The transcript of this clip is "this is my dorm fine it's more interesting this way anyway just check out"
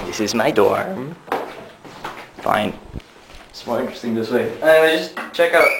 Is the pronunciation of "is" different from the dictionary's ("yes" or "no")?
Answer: no